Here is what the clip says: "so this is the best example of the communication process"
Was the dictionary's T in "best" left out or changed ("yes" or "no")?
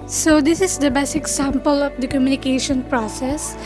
yes